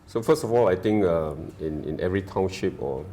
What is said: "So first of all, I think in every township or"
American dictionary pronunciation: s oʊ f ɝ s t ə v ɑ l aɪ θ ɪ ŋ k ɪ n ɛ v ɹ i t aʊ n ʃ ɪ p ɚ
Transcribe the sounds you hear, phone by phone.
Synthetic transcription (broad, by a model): s oʊ f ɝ s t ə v ɑ l aɪ t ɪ ŋ k ɪ n ɛ v ɹ i t aʊ n ʃ ɪ p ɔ